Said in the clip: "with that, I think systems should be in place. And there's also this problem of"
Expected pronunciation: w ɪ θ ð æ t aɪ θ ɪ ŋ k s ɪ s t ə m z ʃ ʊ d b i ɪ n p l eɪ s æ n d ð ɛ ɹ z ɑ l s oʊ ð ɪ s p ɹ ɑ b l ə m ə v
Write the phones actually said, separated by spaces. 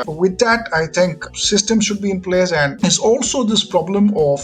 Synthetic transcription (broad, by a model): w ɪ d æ t aɪ t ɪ ŋ k s ɪ s t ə m ʃ ʊ d b i ɪ n p l eɪ s æ n d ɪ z ɑ l s oʊ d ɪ s p ɹ ɑ b l ə m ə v